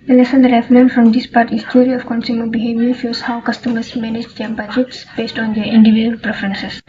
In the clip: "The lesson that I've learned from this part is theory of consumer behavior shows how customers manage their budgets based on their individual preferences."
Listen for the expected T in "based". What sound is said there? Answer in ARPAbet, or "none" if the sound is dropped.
T